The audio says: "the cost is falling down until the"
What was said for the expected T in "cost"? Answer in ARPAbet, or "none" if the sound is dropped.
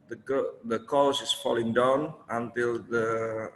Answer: none